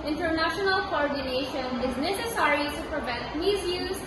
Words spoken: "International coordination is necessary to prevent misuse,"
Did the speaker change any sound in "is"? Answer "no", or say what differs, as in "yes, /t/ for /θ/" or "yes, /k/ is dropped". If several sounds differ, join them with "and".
no